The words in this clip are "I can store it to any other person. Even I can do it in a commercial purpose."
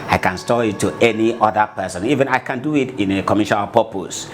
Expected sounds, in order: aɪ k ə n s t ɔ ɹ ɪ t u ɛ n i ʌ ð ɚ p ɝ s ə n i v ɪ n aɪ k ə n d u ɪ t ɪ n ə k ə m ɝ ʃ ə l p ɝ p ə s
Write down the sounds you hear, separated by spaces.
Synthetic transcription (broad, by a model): aɪ k ə n s t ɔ ɪ t u ɛ n i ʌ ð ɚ p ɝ s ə n i v ɪ n aɪ k ə n d u ɪ t ɪ n ə k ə m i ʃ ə n p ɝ p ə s